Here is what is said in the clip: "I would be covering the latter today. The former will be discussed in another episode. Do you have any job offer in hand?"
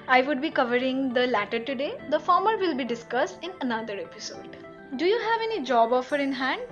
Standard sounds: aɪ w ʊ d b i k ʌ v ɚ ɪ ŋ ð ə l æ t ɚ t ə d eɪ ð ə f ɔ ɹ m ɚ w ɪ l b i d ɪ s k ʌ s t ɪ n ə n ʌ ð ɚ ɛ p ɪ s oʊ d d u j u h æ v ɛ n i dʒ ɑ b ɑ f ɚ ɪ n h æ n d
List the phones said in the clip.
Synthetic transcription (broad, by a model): aɪ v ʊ d b i k ʌ v ɚ ɪ ŋ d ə l æ t ɚ t ə d eɪ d ə f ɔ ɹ m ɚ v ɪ l b i d ɪ s k ʌ s t ɪ n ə n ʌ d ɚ ɛ p ɪ s oʊ d d u j u h æ v ɛ n i dʒ ɑ b ɑ f ɚ ɪ n h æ n d